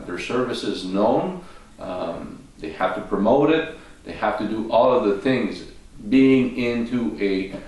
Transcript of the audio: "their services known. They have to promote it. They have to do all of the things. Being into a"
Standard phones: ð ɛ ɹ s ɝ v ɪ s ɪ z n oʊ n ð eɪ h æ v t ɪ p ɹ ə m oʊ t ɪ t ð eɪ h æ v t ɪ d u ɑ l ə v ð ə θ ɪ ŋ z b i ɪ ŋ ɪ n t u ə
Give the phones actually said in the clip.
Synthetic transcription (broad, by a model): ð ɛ ɹ s ɝ v ɪ s ɪ z n oʊ n ð eɪ h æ f t ɪ p ɹ ə m oʊ t ɪ t ð eɪ h æ f t ɪ d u ɑ l ə v ð ə θ ɪ ŋ z b i ɪ ŋ ɪ n t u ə